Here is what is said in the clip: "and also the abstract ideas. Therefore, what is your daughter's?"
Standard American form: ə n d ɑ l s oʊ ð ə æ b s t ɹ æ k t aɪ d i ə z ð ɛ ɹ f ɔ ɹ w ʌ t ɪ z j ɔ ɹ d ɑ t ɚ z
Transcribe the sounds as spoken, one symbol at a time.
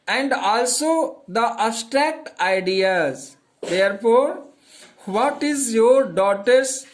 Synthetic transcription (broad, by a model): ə n d ɑ l s oʊ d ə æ s t ɹ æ k t aɪ d i ə z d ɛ ɹ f ɔ ɹ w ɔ t ɪ z j ɔ ɹ d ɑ t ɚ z